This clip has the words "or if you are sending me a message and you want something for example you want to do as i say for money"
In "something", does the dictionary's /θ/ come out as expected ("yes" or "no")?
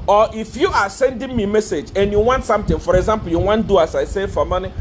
no